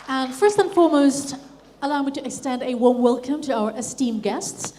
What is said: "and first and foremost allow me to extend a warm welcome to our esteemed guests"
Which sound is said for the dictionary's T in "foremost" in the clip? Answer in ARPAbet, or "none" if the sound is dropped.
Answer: T